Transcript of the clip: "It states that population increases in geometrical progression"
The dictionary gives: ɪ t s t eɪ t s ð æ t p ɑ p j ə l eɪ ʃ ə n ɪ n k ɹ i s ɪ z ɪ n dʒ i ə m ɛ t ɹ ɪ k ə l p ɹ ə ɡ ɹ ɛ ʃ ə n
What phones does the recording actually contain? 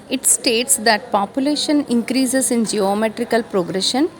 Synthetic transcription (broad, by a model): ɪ t s t eɪ t s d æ t p ɑ p j ə l eɪ ʃ ə n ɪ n k ɹ i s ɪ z ɪ n dʒ i ə m ɛ t ɹ ɪ k ə l p ɹ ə ɡ ɹ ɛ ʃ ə n